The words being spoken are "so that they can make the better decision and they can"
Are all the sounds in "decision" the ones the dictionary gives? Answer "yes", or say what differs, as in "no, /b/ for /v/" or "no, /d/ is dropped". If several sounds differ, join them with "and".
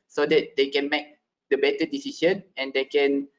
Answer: no, /ʃ/ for /ʒ/